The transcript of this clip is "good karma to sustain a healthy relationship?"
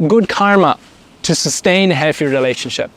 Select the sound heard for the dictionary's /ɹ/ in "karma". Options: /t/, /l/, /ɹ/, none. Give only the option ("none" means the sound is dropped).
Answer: /ɹ/